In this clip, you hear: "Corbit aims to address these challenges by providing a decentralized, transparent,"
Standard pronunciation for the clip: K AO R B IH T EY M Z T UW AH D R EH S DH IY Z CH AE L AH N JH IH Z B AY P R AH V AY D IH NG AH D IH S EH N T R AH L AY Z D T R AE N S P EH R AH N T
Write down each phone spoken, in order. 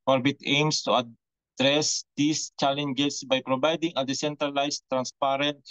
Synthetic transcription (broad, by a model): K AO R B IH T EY M S T UW AH D R EH S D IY S CH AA L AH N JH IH S B AY P R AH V AY D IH NG AH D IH S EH N T R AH L AY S T R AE N S P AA R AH N T